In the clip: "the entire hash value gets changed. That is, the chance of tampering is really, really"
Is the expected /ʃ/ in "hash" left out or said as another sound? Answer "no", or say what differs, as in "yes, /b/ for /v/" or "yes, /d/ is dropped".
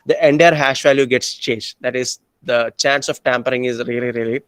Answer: no